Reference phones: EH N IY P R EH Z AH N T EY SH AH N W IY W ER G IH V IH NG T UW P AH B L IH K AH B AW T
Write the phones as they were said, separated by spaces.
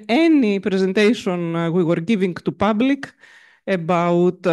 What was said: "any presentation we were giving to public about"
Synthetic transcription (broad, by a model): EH N IY P R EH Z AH N T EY S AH N W IY W ER G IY V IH NG T UW P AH B L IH K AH B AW T